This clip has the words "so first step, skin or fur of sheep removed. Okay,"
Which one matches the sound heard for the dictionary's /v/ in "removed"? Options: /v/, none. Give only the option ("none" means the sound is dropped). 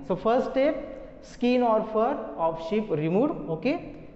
none